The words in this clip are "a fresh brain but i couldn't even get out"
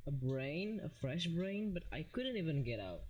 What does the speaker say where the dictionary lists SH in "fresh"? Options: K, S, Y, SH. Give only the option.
SH